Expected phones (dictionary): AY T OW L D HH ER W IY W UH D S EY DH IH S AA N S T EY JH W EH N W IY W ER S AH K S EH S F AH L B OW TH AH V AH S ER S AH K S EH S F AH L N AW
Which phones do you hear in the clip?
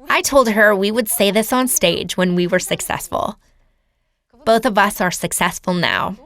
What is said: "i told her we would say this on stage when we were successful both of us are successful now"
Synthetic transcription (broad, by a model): AY T OW L D HH ER W IY W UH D S EY DH IH S N S T EY JH W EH N W IY W ER S AH K S EH S F AH L B OW TH AH V AH S ER S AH K S EH S F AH L N AW